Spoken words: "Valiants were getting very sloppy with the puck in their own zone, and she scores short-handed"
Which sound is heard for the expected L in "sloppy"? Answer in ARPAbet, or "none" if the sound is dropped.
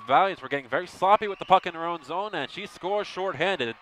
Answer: none